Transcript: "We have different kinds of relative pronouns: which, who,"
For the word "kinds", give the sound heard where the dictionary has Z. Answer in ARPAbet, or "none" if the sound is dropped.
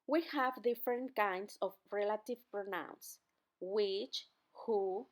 S